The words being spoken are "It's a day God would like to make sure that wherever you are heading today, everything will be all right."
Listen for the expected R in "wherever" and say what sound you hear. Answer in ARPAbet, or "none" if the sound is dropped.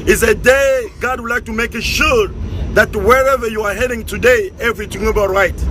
R